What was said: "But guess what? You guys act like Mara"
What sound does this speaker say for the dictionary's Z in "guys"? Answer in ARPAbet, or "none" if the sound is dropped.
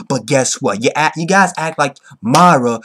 Z